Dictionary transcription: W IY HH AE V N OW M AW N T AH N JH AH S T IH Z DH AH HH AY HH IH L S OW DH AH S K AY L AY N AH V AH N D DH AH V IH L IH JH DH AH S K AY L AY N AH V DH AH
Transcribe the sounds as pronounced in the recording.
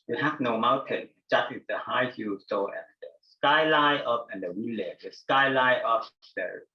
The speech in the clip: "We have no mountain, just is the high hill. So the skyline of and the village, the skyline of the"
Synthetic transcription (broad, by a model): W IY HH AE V N OW M AW N T AH N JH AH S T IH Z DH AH HH AY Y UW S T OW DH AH S K AY L AY AH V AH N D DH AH W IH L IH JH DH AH S K AY L AY AH P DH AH